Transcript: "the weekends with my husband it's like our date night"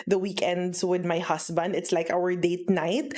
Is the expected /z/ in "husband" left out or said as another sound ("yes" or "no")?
yes